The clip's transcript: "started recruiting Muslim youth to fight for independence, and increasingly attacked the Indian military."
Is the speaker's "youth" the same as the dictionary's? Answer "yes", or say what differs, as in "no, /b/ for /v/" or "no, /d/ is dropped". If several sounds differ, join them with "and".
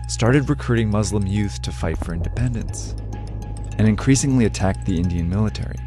yes